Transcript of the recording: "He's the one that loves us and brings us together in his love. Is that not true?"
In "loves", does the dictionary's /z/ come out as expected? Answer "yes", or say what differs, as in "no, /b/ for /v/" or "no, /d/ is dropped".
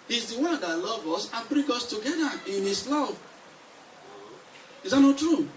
no, /z/ is dropped